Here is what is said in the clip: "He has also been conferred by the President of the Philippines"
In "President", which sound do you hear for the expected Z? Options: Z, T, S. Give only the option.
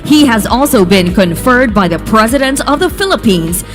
Z